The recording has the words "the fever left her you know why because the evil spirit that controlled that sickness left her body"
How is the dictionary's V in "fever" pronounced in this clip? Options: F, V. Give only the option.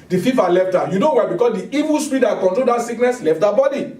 F